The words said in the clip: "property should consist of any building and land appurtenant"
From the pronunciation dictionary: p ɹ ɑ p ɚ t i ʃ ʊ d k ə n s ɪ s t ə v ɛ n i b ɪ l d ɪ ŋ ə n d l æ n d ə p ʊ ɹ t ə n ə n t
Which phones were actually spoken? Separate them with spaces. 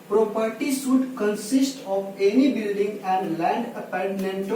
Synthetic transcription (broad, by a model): p ɹ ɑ p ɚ t i s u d k ə n s ɪ s t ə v ɛ n i b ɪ l d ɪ ŋ ə n d l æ n d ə p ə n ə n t